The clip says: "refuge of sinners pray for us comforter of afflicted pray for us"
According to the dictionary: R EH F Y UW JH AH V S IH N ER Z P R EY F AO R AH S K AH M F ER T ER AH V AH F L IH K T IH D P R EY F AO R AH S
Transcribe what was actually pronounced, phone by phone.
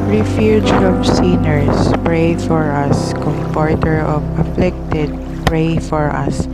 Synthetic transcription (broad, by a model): R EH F Y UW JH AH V S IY N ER S P R EY F AO R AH S K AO M P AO T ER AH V AH F L IH K T IH D P R EY F AO R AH S